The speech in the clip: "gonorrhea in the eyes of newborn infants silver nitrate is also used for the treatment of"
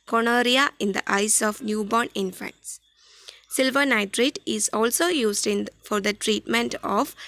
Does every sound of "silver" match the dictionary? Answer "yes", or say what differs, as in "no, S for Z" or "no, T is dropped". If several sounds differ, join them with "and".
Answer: yes